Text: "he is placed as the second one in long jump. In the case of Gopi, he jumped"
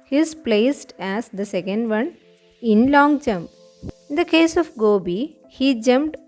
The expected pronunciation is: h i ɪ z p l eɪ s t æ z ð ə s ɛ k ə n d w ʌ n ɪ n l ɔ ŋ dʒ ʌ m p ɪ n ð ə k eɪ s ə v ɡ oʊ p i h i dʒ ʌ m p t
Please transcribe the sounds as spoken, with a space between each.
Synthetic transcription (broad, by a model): h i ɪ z p l eɪ s t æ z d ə s ɛ k ə n d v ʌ n ɪ n l ɔ ŋ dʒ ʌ m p ɪ n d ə k eɪ s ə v ɡ oʊ b i h i dʒ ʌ m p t